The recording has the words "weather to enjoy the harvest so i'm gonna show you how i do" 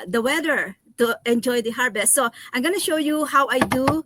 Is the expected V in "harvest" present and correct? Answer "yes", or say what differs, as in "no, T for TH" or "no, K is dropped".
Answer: no, B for V